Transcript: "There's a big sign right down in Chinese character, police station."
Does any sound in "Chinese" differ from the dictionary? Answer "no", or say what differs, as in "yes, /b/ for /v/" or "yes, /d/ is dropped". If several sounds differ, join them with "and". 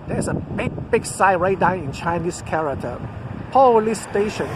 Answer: yes, /s/ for /z/